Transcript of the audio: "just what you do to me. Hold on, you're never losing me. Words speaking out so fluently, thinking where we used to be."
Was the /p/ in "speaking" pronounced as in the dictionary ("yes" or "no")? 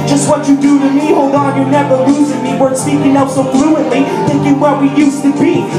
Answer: no